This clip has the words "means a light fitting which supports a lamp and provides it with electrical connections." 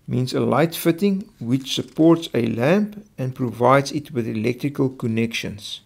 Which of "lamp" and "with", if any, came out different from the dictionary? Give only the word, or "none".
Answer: none